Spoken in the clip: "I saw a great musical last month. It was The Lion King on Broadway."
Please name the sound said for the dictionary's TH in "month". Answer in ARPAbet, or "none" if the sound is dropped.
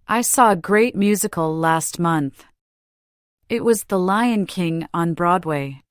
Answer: TH